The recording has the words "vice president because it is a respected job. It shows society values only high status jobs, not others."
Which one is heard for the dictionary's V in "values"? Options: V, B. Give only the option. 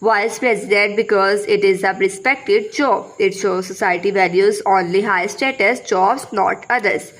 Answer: V